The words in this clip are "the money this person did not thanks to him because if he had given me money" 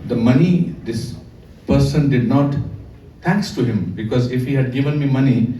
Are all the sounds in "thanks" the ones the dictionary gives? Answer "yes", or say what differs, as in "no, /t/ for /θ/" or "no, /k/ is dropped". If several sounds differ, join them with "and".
no, /t/ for /θ/